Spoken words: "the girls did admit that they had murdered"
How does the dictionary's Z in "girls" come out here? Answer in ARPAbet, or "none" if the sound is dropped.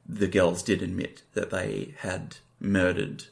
Z